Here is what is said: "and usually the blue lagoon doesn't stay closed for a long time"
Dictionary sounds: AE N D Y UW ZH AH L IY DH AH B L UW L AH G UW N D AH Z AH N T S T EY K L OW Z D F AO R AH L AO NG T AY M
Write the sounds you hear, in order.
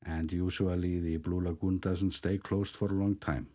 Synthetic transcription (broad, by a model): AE N D Y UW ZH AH L IY DH AH B L UW L AH G UW N D AH Z AH N T S T EY K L OW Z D F AO R AH L AO NG T AY M